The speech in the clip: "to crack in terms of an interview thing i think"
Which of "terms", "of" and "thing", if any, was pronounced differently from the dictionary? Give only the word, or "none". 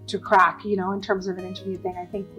none